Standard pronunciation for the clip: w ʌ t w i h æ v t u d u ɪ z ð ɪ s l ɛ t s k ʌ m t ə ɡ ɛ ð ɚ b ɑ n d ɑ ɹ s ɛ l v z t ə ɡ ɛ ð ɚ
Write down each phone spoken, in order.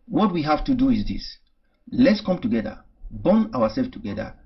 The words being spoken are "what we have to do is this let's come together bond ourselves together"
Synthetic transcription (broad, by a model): w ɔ t w i h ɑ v t u d u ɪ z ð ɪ s l ɛ t s k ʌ m t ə ɡ ɛ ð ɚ b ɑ n ɑ w s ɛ l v t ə ɡ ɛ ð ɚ